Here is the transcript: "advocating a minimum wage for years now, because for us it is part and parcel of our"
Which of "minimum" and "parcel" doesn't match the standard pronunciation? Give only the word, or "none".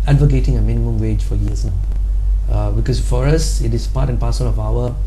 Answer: parcel